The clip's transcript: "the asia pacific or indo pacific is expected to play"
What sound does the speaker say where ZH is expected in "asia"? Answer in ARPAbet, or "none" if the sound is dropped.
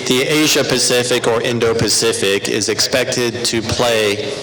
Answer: ZH